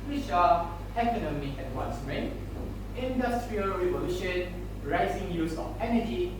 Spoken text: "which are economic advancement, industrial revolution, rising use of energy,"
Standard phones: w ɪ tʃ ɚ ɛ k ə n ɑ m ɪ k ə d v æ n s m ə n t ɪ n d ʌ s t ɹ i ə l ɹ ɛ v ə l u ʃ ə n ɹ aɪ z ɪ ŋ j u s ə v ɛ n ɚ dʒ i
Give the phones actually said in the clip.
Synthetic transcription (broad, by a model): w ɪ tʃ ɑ ɛ k ə n ɑ m ɪ k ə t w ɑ n s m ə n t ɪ n d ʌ s t ɹ i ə l ɹ ɛ v ə l u ʃ ə n ɹ aɪ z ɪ ŋ j u s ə f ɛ n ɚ dʒ i